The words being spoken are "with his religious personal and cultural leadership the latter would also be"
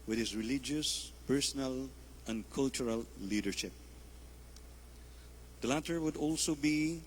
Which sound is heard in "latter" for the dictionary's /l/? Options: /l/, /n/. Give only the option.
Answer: /l/